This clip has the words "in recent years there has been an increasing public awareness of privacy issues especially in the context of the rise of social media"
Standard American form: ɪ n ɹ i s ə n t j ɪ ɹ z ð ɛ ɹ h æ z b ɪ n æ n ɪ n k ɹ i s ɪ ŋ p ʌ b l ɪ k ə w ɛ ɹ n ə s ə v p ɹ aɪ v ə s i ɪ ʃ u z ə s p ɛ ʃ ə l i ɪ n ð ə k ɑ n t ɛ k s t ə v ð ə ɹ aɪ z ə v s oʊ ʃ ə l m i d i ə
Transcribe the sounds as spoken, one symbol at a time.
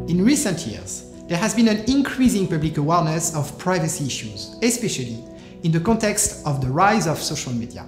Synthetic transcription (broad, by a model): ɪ n ɹ i s ə n t j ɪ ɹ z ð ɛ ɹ h æ z b ɪ n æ n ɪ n k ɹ i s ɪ ŋ p ʌ b l ɪ k ə w ɛ ɹ n ə s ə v p ɹ aɪ v ə s i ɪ ʃ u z ə s p ɛ ʃ ə l i ɪ n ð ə k ɑ n t ɛ k s t ə v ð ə ɹ aɪ z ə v s oʊ ʃ ə l m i d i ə